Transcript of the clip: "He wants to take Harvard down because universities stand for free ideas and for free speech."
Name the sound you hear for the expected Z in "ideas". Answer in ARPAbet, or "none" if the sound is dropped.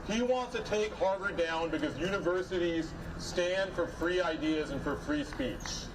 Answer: Z